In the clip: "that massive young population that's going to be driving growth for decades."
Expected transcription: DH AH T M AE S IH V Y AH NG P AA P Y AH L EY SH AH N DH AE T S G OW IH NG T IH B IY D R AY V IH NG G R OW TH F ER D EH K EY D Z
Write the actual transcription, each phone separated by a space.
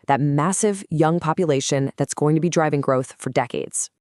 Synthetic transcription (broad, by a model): DH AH T M AE S IH V Y AH NG P AA P Y AH L EY SH AH N DH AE T S G OW IH NG T IH B IY D R AY V IH NG G R OW TH F ER D EH K EY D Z